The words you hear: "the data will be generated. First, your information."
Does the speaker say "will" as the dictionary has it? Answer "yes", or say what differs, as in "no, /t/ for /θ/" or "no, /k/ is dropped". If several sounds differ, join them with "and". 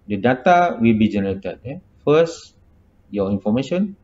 yes